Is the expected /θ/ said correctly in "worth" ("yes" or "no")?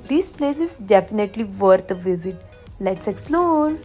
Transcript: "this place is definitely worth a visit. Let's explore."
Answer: no